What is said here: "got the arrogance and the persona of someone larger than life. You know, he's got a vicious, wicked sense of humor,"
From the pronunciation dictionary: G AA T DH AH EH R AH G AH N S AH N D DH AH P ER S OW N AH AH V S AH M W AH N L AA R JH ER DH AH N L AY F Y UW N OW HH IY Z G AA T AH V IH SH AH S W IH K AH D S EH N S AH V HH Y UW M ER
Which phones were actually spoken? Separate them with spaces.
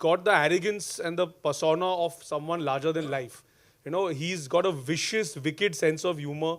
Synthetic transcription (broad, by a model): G AA T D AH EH R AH G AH N S AH N D AH P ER S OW N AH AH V S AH M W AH N L AA R JH ER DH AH N L AY F Y UW N OW HH IY Z G AA T AH V IH SH AH S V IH K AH D S EH N S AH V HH Y UW M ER